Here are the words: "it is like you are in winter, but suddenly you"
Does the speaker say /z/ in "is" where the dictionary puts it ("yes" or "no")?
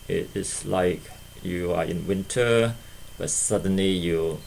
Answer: no